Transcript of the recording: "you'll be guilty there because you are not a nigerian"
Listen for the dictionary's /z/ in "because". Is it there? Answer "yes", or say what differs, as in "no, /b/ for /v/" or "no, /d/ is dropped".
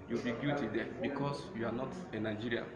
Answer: no, /s/ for /z/